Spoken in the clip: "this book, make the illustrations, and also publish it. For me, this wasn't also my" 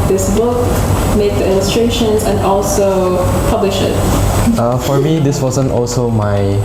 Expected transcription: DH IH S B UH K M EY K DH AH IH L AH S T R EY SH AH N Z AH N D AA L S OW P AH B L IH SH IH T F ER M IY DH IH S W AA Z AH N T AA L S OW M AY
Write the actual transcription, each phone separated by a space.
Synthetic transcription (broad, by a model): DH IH S B UH K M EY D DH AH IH L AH S T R EY SH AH N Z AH N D AA L S OW P AH B L IH SH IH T F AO M IY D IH S W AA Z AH N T AA L S OW M AY